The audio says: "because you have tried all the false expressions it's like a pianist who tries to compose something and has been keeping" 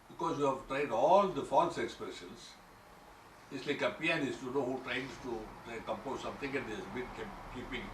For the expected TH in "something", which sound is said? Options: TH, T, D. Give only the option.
T